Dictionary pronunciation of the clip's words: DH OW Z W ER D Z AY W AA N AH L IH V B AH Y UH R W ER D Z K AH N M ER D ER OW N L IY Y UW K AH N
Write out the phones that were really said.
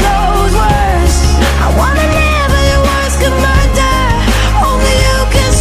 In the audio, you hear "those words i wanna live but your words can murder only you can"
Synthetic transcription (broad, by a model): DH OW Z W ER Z AY W AA N AH N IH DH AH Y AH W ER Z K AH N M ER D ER OW N L IY Y UW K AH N